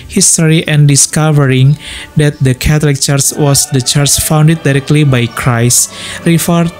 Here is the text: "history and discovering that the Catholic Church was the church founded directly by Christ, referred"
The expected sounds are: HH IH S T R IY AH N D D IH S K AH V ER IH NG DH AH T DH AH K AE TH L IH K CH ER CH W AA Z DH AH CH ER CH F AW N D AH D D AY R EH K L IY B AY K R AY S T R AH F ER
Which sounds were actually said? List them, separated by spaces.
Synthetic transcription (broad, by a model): HH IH S T R IY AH N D D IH S K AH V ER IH NG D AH T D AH K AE T L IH K CH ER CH W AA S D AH CH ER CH F AW N D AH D D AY R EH K L IY B AY K R AY S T R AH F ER